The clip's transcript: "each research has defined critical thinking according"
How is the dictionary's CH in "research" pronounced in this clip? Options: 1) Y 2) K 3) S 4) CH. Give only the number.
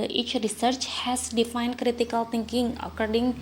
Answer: 4